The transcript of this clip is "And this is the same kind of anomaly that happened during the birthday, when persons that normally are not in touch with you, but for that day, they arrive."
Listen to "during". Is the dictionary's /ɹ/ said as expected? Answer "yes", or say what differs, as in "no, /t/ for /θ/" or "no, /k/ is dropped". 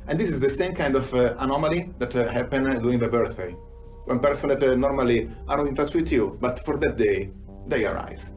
no, /ɹ/ is dropped